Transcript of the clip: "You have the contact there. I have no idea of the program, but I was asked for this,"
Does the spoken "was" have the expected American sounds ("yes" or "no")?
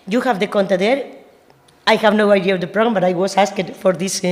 no